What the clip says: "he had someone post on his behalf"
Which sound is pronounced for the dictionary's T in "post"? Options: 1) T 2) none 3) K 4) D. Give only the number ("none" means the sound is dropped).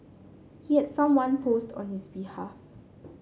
1